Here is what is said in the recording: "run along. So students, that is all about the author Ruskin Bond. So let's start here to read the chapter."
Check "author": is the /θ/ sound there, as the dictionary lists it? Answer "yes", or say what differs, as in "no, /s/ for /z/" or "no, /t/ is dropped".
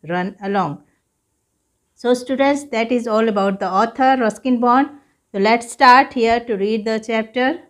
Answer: no, /t/ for /θ/